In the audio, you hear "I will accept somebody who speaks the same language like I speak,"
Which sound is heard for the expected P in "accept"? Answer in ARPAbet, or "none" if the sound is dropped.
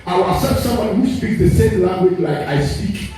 none